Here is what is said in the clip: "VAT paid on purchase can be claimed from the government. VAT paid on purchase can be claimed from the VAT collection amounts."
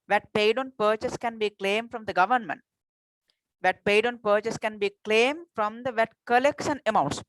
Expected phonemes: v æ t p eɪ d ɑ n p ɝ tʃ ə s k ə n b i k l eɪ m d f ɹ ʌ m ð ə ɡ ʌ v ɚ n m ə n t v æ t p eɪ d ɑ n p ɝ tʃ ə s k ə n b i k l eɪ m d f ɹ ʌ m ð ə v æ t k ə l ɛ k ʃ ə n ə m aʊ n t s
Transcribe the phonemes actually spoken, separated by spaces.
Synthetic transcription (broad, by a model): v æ t p eɪ d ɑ n p ɝ tʃ ə s k ə n b i k l eɪ m d f ɹ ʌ m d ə ɡ ʌ v ɚ n m ə n t v æ t p eɪ d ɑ n p ɝ tʃ ə s k ə n b i k l eɪ m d f ɹ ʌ m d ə v æ t k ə l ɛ k s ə n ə m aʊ n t s